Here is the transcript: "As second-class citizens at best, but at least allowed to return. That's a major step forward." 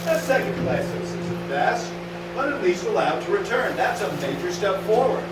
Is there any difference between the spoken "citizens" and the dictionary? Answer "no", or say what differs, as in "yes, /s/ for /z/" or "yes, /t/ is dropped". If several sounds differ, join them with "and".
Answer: yes, /s/ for /t/ and /n/ is dropped